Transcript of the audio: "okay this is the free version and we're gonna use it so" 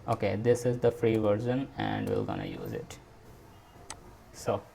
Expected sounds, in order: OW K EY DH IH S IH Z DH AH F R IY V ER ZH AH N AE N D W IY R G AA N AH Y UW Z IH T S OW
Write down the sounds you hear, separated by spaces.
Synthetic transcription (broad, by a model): OW K EY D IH S IH Z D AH F R IY V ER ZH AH N AE N D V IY L G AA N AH Y UW Z IH T S OW